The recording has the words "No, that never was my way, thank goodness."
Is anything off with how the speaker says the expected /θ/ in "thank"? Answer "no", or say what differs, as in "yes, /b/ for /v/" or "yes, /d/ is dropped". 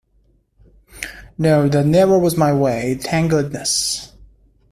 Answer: yes, /t/ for /θ/